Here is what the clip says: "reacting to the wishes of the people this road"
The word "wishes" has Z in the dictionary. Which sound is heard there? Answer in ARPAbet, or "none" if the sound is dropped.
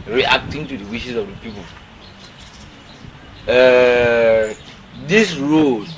S